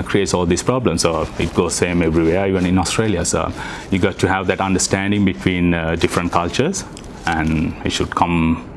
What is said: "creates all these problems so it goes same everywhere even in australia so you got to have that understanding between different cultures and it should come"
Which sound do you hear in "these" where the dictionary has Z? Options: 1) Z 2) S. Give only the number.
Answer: 2